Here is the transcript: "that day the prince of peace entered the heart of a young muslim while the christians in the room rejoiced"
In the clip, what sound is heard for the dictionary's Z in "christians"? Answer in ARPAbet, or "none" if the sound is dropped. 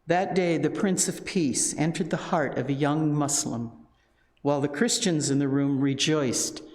Z